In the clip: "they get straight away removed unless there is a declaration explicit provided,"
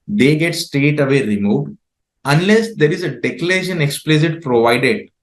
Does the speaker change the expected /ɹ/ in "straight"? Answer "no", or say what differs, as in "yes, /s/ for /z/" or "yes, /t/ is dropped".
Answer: yes, /ɹ/ is dropped